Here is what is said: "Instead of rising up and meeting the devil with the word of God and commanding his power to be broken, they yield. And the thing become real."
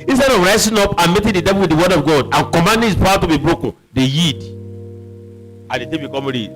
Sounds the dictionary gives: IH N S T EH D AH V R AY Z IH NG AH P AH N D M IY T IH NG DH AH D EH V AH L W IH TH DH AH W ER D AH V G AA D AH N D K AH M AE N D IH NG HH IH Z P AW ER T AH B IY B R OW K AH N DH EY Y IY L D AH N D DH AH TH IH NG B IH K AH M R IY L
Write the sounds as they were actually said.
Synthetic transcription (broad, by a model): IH N S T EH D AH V R AY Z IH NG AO P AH N M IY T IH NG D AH D EH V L W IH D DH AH W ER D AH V G AA D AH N K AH M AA N D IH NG HH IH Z P AW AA T AH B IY B R OW K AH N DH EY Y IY D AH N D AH T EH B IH K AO M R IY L